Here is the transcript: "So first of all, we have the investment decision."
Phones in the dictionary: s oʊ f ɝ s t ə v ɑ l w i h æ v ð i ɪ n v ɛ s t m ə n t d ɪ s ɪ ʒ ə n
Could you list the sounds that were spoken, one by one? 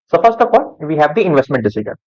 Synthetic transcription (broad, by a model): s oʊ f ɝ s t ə p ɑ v i h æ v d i ɪ n v ɛ s t m ə n t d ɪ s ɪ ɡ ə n